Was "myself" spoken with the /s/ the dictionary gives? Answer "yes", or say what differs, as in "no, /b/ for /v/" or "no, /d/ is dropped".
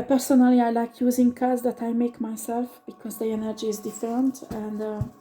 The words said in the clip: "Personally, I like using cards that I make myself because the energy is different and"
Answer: yes